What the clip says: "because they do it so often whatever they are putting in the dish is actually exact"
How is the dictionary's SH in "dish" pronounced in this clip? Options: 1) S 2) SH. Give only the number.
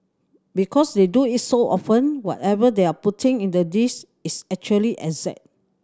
1